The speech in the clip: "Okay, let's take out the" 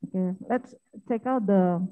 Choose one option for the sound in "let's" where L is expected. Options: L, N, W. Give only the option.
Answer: L